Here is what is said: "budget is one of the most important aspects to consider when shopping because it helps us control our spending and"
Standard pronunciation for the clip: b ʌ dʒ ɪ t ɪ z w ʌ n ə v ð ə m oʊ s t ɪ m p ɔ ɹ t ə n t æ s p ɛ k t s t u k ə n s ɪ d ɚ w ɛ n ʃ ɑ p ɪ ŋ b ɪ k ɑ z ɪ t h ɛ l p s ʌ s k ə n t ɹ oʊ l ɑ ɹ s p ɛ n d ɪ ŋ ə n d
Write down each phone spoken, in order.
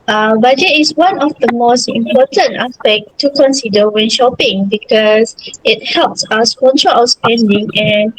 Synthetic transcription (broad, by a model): b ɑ dʒ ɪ t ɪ s w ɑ n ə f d ə m oʊ s t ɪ m p ɔ t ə n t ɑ s p ɛ k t t u k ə n s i d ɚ w ɛ n ʃ ɑ p ɪ ŋ b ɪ k ɑ s ɪ t h ɛ l p s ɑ s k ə n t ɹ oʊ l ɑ s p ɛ n d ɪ ŋ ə n